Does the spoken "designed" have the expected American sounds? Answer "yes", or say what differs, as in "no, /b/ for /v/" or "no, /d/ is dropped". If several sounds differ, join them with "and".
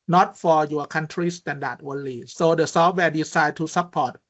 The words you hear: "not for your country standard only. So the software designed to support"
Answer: no, /s/ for /z/ and /n/ is dropped